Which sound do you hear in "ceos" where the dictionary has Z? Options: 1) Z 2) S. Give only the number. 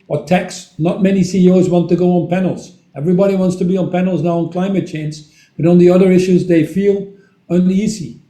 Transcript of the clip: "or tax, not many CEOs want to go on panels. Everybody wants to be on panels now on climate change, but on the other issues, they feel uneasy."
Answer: 1